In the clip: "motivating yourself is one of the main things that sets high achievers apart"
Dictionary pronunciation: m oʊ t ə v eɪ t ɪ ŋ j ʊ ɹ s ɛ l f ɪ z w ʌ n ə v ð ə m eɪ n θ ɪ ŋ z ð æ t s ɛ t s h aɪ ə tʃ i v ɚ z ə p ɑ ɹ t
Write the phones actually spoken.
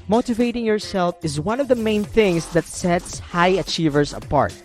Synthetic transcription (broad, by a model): m oʊ t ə v eɪ t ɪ ŋ j ʊ ɹ s ɛ l f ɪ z w ʌ n ə v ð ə m eɪ n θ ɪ ŋ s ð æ t s ɛ t s h aɪ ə tʃ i v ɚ s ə p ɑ ɹ t